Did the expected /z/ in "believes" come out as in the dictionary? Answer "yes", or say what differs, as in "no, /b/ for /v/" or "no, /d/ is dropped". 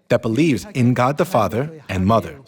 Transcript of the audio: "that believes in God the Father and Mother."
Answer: yes